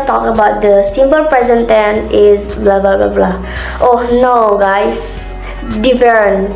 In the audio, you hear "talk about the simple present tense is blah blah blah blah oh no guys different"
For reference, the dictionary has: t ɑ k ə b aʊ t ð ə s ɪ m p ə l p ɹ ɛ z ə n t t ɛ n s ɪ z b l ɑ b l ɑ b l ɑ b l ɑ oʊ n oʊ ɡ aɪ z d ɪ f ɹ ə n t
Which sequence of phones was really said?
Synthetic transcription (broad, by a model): t ɑ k ə b aʊ t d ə s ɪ m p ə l p ɹ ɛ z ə n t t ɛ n ɪ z b l ɑ b l ɑ b l ɑ b l ɑ oʊ n oʊ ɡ aɪ s d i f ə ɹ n